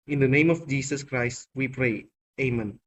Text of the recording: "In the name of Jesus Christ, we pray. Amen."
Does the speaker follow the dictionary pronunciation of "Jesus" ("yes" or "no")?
no